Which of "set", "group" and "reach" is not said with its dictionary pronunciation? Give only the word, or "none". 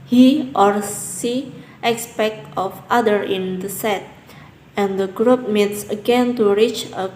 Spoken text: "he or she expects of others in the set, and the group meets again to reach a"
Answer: none